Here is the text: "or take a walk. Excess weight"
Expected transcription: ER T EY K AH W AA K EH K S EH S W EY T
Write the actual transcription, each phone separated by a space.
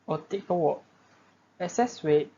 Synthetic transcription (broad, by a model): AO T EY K AH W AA EH S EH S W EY